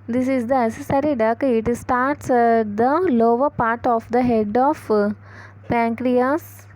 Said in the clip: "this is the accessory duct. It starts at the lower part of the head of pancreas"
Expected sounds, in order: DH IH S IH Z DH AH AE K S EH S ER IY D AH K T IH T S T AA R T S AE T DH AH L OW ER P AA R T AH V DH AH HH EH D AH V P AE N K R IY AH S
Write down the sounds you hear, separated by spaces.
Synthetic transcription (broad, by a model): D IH S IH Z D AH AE S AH S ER IY D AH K IH T S T AA R T S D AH L OW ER P AA R T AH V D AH HH EH D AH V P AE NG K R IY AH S